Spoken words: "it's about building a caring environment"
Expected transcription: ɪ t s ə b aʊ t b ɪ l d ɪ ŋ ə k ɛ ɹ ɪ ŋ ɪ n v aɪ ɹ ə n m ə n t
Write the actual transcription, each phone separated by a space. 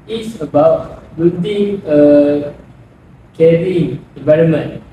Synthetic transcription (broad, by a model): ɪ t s ə b aʊ t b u d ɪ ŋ ə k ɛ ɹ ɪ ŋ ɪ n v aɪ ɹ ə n m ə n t